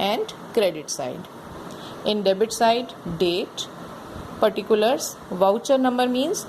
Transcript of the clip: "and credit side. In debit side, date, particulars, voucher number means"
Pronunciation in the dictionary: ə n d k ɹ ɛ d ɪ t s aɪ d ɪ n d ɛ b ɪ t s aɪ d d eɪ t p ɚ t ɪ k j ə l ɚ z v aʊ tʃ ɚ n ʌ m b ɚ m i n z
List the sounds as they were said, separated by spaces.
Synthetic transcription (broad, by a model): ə n d k ɹ ɛ d ɪ t s aɪ d ɪ n d ɛ b ɪ t s aɪ d d eɪ t p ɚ t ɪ k j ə l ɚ s v aʊ tʃ ɚ n ʌ m b ɚ m i n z